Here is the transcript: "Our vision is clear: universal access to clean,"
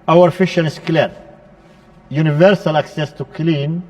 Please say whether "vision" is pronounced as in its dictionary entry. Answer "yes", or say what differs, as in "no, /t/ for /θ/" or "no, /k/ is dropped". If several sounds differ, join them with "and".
no, /f/ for /v/ and /ʃ/ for /ʒ/